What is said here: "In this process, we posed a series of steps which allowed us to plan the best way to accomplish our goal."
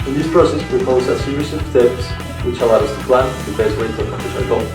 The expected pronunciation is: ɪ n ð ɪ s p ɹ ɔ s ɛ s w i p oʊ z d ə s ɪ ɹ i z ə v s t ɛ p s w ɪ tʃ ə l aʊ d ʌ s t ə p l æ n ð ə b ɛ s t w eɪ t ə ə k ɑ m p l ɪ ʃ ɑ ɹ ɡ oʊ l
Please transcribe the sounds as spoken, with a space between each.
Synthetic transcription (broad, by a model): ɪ n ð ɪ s p ɹ ɔ s ɛ s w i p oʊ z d ə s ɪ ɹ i s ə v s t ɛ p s w ɪ tʃ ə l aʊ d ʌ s t ə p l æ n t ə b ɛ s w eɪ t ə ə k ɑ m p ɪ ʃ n l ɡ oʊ